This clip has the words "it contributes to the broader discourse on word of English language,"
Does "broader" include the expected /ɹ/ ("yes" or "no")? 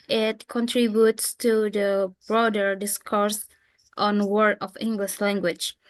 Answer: yes